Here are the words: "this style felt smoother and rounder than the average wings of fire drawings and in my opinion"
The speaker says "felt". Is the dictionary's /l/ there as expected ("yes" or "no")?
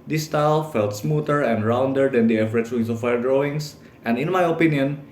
yes